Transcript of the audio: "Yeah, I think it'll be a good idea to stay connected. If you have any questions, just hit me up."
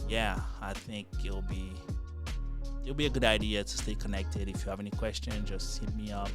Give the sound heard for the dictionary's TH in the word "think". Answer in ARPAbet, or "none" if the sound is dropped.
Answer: TH